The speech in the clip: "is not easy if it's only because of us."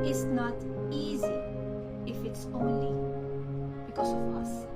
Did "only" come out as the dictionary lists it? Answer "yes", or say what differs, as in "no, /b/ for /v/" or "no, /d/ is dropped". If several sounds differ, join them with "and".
yes